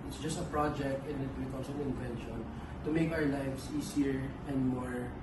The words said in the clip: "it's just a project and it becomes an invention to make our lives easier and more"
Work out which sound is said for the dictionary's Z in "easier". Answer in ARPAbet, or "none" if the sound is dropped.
S